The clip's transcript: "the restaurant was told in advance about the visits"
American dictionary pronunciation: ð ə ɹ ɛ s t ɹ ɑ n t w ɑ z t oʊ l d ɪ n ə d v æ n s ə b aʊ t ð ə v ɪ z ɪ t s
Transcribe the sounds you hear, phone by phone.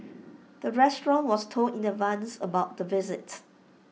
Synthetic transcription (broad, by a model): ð ə ɹ ɛ s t ɹ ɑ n w ɑ s t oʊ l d ɪ n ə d v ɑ n s ə b aʊ t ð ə v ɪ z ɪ t